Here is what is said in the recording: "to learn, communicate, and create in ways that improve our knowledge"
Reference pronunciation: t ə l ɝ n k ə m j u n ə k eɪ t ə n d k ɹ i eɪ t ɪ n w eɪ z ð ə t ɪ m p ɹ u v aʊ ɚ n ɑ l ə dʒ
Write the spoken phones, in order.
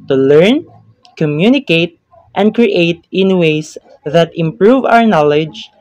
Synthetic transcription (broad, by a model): t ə l ɝ n k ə m j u n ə k eɪ t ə n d k ɹ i eɪ t ɪ n w eɪ s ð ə t ɪ m p ɹ u v aʊ ɚ n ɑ l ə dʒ